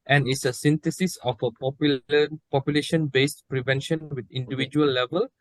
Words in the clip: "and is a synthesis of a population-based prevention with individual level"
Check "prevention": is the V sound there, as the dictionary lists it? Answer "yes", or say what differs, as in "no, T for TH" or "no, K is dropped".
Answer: yes